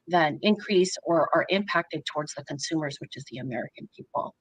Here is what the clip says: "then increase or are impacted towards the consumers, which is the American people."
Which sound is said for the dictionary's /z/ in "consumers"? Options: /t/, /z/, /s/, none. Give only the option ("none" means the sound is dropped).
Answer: /z/